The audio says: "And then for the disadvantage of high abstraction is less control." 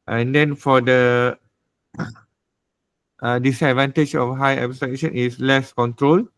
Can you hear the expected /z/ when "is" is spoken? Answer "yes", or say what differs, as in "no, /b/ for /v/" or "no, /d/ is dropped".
no, /s/ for /z/